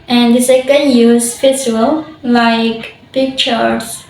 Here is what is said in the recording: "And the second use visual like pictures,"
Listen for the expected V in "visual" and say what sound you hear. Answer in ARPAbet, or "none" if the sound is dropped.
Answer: P